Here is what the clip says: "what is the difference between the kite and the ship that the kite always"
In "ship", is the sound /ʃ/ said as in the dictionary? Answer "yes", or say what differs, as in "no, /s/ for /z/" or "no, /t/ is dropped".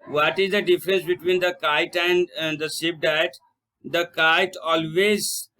no, /s/ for /ʃ/